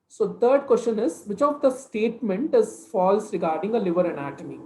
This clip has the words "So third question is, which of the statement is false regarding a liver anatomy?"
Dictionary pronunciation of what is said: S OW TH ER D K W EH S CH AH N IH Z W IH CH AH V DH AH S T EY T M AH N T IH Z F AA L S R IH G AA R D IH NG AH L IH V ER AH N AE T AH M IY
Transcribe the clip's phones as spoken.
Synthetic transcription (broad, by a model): S OW T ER D K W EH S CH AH N IH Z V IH CH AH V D AH S T EY T M AH N T IH Z F AA L S R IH G AA R D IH NG AH L IH V ER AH N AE T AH M IY